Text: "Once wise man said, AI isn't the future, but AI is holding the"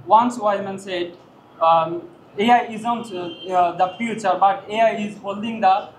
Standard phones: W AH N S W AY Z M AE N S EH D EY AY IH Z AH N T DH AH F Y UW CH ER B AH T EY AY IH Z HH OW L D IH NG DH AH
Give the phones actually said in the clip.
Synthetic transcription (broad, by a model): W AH N S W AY M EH N S EH D EY AY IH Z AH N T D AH F Y UW CH ER B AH T EY AY IH Z HH OW L D IH NG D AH